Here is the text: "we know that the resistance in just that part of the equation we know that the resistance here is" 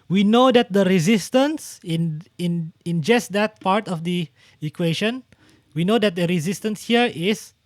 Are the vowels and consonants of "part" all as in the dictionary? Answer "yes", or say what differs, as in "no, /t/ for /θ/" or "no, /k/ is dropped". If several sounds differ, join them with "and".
yes